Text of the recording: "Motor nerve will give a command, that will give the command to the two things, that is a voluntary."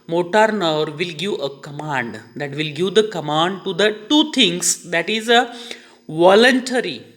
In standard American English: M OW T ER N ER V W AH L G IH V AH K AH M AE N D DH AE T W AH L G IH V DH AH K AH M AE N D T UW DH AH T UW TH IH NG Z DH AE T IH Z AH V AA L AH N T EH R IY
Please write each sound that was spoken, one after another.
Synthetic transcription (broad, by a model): M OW T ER N ER V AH L G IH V AH K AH M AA N D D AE T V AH L G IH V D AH K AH M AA N D T UW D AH T UW T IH NG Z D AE T IH Z AH V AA L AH N T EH R IY